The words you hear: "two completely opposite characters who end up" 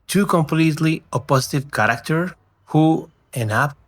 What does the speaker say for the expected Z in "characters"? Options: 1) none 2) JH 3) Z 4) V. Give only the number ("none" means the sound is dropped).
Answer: 1